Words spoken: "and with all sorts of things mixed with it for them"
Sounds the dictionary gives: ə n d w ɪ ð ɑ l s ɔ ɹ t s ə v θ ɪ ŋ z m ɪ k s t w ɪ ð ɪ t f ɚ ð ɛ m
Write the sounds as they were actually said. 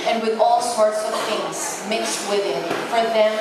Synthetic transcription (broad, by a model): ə n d w ɪ ð ɑ l s ɔ ɹ t s ə v θ ɪ ŋ z m ɪ k s t w ɪ ð ɪ t f ɚ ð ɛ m